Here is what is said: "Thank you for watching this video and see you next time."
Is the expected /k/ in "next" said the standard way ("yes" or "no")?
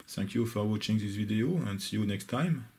yes